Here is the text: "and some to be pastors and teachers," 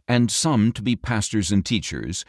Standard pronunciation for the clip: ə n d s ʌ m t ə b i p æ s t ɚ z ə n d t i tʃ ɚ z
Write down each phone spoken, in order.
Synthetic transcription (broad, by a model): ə n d s ʌ m t ə b i p æ s t ɚ z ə n t i tʃ ɚ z